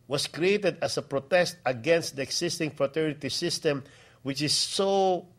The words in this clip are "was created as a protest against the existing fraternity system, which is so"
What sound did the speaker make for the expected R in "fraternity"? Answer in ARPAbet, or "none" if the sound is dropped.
R